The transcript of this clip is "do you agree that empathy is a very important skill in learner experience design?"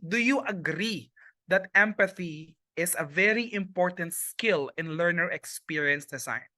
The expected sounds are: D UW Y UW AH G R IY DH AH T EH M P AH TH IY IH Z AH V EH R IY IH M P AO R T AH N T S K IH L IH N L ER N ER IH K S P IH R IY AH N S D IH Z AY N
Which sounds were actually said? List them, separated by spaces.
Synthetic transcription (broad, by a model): D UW Y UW AH G R IY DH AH T EH M P AH TH IY IH S AH V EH R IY IH M P AO R T AH N T S K IH L IH N L ER N ER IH K S P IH R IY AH N S D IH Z AY N